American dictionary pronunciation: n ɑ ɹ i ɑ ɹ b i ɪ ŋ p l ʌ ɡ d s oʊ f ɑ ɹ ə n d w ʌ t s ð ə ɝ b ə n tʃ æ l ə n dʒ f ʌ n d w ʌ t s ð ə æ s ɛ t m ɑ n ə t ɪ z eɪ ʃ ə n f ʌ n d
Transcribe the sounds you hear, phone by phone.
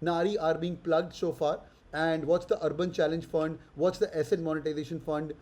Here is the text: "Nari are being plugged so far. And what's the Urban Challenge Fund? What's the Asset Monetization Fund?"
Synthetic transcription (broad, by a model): n ɑ ɹ i ɑ ɹ b i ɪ ŋ p l ʌ ɡ d s oʊ f ɑ ɹ ə n d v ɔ t s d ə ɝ b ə n tʃ æ l ə n dʒ f ʌ n d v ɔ t s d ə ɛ s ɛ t m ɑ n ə t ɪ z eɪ ʃ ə n f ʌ n d